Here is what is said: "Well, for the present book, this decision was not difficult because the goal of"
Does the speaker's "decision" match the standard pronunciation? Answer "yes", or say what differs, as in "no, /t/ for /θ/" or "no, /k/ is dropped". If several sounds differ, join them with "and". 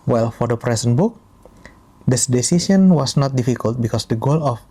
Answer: no, /s/ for /ʒ/